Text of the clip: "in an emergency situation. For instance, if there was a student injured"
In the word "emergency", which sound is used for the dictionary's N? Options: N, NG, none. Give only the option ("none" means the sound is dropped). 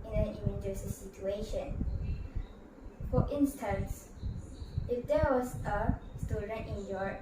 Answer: none